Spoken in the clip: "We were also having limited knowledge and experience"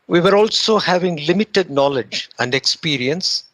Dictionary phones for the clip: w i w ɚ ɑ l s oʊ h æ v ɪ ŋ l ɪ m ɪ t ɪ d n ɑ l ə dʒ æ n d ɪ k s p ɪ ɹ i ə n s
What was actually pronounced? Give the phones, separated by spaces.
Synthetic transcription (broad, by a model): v i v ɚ ɑ l s oʊ h æ v ɪ ŋ l ɪ m ɪ t ɪ d n ɑ l ə dʒ æ n d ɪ k s p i ɹ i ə n s